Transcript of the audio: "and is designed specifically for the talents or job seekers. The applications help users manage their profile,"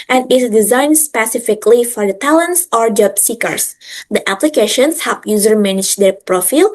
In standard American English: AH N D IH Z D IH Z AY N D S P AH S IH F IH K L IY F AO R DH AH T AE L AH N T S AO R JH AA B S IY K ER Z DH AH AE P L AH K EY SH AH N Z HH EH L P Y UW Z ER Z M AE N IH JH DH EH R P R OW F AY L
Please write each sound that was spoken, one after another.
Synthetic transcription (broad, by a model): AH N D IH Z D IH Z AY N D S P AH S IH F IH K L IY F AO R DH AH T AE L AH N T S AO R JH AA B S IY K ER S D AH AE P L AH K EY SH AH N S HH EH P Y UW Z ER M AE N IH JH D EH R P R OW F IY L